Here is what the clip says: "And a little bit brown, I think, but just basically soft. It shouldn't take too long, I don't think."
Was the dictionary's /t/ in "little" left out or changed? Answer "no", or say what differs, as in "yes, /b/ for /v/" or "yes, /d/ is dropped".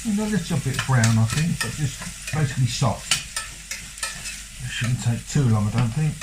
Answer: yes, /s/ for /t/